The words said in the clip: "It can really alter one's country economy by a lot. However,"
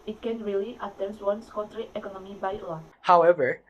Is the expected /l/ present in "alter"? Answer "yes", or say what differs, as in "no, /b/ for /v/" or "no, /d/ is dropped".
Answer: no, /l/ is dropped